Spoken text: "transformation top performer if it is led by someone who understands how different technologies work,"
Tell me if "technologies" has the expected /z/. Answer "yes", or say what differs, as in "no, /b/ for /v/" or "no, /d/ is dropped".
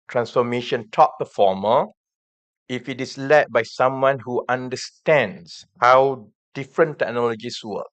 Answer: no, /s/ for /z/